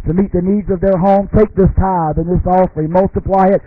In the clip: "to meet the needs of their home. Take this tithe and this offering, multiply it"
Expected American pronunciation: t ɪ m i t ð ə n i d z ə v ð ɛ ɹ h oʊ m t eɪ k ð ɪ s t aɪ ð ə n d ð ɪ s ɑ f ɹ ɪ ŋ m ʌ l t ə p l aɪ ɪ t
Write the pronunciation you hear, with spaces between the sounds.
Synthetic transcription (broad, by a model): t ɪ m i t ð ə n i d z ə v ð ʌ ɹ h oʊ m t eɪ k ð ɪ s t aɪ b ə n ð ɪ s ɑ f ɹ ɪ m ʌ l t ə p l aɪ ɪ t